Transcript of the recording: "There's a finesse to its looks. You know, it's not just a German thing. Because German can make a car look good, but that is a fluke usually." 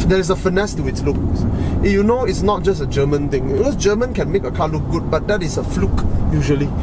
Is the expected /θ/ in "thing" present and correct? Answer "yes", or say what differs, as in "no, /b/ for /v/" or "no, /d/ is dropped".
no, /t/ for /θ/